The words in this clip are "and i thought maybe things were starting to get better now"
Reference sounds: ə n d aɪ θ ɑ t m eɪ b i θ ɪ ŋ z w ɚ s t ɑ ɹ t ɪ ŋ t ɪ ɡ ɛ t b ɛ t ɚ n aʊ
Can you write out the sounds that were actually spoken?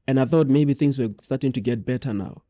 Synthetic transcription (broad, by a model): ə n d aɪ θ ɑ t m eɪ b i θ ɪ ŋ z w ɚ s t ɑ ɹ t ɪ ŋ t ɪ ɡ ɛ t b ɛ t ɚ n aʊ